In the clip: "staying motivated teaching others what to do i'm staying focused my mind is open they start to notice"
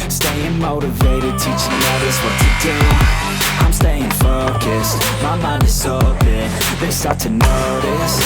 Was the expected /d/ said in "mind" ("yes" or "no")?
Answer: no